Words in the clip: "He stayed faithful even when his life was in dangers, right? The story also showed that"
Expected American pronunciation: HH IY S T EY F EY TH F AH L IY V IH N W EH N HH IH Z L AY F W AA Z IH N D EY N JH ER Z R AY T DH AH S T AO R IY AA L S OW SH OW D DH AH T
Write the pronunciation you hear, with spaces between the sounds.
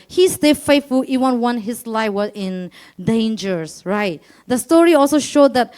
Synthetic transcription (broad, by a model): HH IY S T EY F EY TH F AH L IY W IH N W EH N HH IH S L AY F W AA IH N D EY N JH ER S R AY T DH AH S T AO R IY AA L S OW SH OW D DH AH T